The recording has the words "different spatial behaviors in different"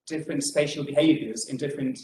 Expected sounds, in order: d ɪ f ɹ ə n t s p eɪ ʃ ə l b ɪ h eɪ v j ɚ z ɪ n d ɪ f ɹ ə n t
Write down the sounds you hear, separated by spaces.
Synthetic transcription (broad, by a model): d ɪ f ɹ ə n t s p eɪ ʃ ə l b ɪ h eɪ v j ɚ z ɪ n d ɪ f ɹ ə n t